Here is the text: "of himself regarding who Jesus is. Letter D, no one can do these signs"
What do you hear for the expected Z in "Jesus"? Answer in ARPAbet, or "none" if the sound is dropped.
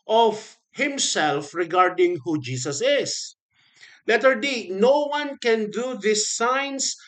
S